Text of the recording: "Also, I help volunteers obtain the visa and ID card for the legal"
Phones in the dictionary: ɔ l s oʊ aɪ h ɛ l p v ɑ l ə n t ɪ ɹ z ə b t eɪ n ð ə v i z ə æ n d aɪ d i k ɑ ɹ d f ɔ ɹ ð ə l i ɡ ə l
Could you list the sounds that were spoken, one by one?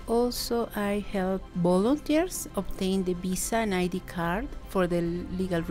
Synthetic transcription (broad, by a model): ɔ l s oʊ aɪ h ɛ l p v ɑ l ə n t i ɹ s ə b t eɪ n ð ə b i s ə n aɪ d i k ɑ ɹ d f ɔ ɹ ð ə l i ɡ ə l